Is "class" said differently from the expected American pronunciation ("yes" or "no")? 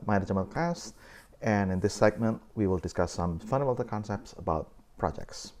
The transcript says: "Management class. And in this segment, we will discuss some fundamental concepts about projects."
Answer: yes